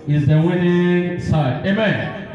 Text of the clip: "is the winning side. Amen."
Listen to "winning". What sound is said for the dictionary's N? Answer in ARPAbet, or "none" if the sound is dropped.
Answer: N